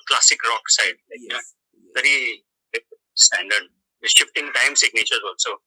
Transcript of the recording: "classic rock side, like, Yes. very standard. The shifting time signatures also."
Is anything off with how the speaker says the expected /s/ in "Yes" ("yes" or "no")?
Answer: yes